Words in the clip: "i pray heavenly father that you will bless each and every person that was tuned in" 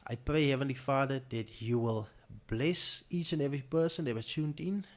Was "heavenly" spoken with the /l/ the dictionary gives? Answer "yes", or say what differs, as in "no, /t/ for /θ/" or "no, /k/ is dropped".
yes